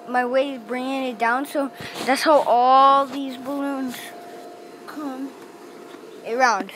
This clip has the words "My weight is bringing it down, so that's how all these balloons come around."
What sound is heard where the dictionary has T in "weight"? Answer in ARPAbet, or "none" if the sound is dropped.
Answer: none